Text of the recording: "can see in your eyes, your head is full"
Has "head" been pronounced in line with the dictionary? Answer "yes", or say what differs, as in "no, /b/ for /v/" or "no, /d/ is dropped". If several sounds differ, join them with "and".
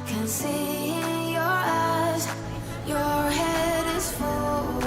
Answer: yes